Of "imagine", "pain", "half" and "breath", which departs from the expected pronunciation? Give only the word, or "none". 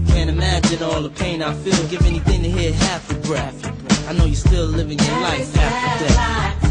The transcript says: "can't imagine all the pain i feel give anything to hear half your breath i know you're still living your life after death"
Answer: breath